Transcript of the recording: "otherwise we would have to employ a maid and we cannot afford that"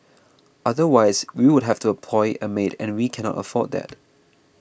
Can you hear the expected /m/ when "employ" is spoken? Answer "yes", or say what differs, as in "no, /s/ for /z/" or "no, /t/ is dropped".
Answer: no, /m/ is dropped